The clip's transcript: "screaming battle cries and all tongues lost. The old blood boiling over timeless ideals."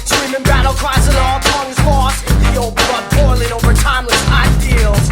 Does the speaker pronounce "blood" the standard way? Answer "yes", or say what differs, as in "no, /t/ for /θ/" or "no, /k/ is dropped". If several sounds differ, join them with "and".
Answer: no, /l/ is dropped